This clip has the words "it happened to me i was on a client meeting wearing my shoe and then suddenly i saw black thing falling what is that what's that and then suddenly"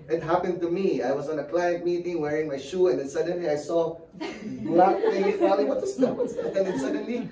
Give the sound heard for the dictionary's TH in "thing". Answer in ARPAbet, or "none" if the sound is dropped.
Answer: T